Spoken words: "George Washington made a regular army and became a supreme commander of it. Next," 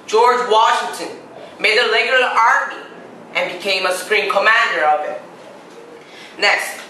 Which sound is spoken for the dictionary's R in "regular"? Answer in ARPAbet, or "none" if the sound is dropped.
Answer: L